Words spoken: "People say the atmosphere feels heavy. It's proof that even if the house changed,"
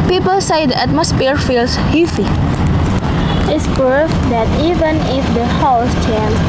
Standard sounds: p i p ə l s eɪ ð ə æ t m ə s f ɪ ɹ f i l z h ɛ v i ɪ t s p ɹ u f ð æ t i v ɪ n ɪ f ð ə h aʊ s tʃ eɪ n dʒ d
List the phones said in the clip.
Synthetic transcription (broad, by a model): p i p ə l s eɪ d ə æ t m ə s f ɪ ɹ f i l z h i f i ɪ t s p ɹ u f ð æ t i v ɪ n ɪ f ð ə h aʊ s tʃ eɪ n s